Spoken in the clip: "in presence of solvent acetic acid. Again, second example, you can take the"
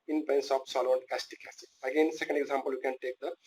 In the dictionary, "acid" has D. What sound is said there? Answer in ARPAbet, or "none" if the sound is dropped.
none